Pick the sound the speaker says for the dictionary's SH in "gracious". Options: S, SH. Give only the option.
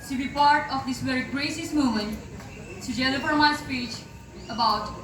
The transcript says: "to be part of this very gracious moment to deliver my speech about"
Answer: S